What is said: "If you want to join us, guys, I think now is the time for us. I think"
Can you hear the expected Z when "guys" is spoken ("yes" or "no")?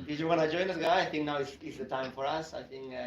no